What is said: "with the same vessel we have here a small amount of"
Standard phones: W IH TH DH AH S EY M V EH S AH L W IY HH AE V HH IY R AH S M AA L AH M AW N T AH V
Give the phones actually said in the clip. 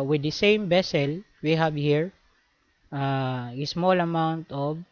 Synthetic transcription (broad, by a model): W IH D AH S EY M B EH S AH L W IY HH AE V HH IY R AH S M AA L AH M AW N T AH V